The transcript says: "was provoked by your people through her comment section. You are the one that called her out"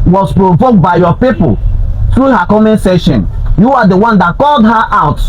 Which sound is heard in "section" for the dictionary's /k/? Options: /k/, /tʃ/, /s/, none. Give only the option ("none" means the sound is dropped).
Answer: none